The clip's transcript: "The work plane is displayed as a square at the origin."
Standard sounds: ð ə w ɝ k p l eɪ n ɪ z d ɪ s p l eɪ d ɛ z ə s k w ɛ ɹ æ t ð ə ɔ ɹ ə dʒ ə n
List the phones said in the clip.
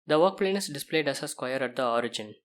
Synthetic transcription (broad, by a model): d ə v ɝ k p l eɪ n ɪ s d ɪ s p l eɪ d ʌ s ə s k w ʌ ɹ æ t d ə ɔ ɹ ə dʒ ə n